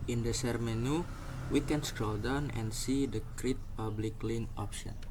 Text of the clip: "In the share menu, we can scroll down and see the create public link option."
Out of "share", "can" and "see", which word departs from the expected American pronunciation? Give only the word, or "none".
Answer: share